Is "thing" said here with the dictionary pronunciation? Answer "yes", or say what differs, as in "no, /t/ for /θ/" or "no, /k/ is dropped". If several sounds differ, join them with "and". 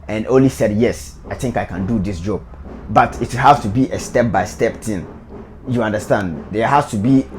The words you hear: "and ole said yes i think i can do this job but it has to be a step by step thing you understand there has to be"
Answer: no, /t/ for /θ/